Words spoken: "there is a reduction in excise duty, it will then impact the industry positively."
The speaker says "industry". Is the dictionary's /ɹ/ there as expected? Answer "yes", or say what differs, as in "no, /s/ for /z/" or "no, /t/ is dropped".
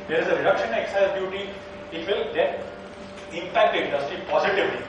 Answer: yes